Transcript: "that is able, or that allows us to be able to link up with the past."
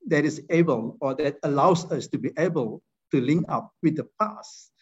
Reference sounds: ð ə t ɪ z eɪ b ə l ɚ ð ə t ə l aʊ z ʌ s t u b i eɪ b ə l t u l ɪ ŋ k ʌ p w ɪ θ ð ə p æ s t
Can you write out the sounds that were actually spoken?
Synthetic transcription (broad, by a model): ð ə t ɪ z eɪ b ə l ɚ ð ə t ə l aʊ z ʌ s t u b i eɪ b ə l t u l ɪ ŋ ʌ p w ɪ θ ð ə p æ s